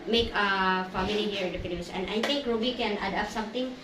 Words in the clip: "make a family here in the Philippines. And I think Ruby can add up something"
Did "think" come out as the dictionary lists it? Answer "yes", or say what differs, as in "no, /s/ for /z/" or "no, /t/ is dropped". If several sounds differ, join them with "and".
no, /t/ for /θ/